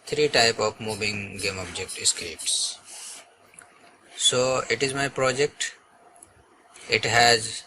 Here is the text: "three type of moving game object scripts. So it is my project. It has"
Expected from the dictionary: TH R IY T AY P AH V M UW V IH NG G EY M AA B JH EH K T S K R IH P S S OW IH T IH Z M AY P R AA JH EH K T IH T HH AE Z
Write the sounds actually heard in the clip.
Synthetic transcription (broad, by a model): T R IY T AY P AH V M UW V IH NG G EY M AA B JH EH K T S K EH P S S OW IH T IH Z M AY P R AA JH EH K T IH T HH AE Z